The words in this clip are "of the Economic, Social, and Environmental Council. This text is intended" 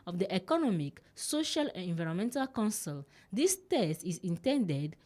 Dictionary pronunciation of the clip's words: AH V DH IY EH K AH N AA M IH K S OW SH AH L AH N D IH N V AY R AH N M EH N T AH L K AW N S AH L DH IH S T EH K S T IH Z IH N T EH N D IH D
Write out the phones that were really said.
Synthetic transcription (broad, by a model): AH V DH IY EH K AH N AA M IH K S OW SH AH L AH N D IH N V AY R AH M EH N T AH L K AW N S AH L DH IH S T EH S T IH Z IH N T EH N D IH D